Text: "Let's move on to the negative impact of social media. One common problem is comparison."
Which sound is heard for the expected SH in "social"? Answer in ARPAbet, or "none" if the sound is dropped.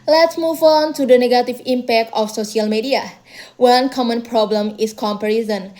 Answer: S